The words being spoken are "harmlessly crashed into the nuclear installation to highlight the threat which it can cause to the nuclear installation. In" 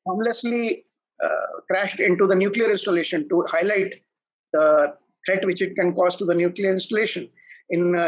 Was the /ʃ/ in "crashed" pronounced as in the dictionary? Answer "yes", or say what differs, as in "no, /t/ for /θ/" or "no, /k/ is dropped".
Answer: yes